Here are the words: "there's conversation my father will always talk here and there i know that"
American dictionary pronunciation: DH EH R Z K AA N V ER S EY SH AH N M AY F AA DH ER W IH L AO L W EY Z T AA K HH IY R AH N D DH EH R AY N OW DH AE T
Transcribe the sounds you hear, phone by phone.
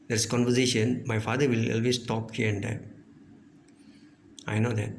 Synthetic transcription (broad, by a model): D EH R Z K AA N V ER S EY SH AH N M AY F AA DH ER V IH L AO L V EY S T AA K HH IY R AH N D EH AY N OW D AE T